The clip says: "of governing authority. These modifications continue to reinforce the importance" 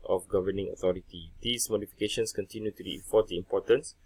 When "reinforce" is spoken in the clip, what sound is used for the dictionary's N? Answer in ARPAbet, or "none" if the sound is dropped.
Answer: none